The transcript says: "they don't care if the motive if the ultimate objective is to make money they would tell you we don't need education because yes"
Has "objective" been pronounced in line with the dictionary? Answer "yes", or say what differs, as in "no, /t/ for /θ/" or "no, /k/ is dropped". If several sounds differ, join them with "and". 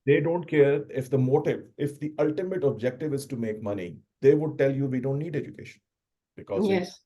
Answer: yes